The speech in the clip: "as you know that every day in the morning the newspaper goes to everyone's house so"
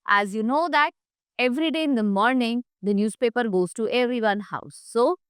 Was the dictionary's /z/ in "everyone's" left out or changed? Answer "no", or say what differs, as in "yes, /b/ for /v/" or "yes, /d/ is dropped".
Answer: yes, /z/ is dropped